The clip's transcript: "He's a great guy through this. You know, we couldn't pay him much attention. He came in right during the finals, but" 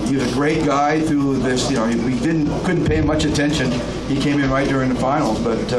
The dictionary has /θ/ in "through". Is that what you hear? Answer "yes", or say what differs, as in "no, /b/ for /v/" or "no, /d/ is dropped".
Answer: yes